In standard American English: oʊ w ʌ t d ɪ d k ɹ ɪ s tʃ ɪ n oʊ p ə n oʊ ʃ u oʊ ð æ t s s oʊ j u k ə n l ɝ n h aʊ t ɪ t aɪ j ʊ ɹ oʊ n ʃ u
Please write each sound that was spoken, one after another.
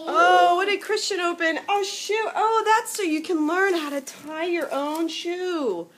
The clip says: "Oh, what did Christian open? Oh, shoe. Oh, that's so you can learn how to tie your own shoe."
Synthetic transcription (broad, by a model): oʊ w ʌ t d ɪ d k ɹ ɪ s tʃ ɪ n oʊ p ə n oʊ ʃ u oʊ ð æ t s s oʊ j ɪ k ə n l ɝ n h aʊ t ɪ t aɪ j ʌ ɹ oʊ n ʃ u